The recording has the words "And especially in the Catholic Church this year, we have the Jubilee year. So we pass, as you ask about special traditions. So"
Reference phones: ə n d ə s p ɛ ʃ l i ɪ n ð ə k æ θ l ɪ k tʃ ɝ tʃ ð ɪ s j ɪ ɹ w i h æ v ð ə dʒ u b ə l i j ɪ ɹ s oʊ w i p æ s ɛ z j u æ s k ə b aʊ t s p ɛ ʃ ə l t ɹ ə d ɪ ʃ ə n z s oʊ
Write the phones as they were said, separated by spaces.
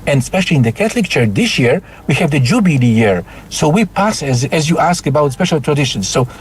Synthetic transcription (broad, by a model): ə n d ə s p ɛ ʃ l i ɪ n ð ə k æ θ l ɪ k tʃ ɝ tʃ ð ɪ s j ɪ ɹ w i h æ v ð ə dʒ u b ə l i j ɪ ɹ s oʊ w i p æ s ɛ z j u æ s k ə b aʊ t s p ɛ ʃ ə l t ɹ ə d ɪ ʃ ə n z s oʊ